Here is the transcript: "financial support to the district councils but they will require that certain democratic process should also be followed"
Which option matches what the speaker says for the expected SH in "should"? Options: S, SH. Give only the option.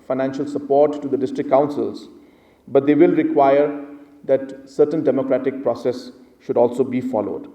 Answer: SH